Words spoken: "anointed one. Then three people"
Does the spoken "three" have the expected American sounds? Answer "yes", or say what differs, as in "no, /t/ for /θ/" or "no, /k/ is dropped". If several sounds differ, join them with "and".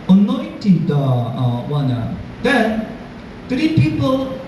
no, /t/ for /θ/